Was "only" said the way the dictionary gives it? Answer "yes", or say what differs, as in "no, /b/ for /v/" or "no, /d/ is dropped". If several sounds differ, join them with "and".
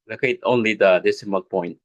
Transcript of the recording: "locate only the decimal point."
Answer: yes